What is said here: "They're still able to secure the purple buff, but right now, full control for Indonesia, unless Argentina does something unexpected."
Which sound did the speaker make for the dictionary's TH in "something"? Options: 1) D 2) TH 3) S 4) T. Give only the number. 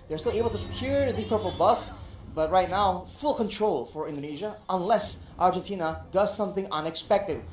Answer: 2